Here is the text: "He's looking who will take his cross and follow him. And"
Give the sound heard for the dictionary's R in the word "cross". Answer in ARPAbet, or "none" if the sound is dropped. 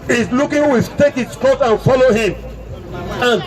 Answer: none